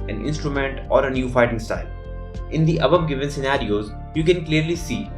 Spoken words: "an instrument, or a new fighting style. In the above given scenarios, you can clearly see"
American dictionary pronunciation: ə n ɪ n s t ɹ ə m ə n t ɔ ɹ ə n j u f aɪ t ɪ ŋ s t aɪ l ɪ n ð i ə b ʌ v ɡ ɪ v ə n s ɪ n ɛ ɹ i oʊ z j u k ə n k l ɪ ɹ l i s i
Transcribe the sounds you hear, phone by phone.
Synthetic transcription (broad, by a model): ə n ɪ n s t ɹ ə m ə n t ɔ ɹ ə n j u f aɪ t ɪ ŋ s t aɪ l ɪ n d i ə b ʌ b ɡ ɪ v ə n s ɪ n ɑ ɹ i oʊ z j u k ə n k l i ɹ l i s i